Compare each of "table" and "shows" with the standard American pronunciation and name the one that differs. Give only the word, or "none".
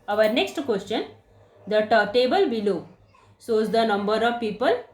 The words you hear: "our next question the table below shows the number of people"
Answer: shows